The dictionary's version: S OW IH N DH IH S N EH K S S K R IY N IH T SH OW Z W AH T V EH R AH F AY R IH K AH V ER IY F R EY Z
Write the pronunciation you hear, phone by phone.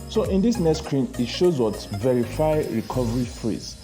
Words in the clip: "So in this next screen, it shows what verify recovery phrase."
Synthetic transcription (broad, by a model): S OW IH N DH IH S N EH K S S K R IY N IH T SH OW Z W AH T V EH R AH F AY R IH K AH V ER IY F R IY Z